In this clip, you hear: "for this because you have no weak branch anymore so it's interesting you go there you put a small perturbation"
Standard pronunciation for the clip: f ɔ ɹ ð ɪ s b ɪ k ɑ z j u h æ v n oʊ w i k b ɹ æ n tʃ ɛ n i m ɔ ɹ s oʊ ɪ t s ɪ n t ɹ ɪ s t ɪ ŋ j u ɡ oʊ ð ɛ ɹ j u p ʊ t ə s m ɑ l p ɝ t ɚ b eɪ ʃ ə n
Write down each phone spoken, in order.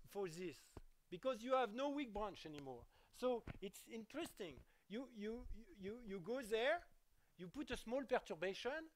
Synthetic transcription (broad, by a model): f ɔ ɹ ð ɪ s b ɪ k ɑ z j u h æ v n oʊ w i k b ɹ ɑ n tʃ ɛ n i m ɔ ɹ s oʊ ɪ t s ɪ n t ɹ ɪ s t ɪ ŋ j u ɡ oʊ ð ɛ ɹ j u p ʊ t ə s m ɑ l p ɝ t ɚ b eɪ ʃ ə n